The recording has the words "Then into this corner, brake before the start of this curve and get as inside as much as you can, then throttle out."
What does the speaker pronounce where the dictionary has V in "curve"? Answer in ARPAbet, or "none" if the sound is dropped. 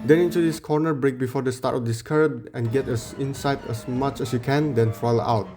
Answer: B